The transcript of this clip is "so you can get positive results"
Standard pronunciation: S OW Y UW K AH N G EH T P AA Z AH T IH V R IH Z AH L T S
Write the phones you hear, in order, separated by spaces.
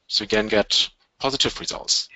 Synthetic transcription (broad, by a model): S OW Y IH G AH N G EH T P AA Z AH T IH V R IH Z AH L T S